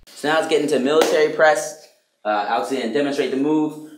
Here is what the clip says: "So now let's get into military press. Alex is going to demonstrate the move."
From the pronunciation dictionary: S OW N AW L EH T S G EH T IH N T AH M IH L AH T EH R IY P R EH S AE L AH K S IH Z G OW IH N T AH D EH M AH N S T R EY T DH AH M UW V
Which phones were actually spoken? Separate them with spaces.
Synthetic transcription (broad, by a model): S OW N AW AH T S G EH T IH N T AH M IH L AH T EH R IY P R EH S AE AH S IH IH N D EH M AH N S T R EY T DH AH M UW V